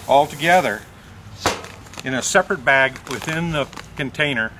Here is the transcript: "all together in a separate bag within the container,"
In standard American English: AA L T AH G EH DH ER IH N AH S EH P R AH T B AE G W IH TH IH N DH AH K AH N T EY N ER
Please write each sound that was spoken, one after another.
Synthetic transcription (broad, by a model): AA L T AH G EH DH ER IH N AH S EH P R AH T B AE G W IH TH IH N DH AH K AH N T EY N ER